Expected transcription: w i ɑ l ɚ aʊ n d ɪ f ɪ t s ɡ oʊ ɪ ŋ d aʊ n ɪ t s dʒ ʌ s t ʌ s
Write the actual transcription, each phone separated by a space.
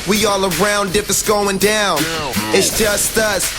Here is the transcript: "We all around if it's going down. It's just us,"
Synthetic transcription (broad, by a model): w i ɑ l ɚ aʊ n d ɪ p ɪ t s ɡ oʊ ɪ ŋ d aʊ n ɪ t s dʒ ʌ s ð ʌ s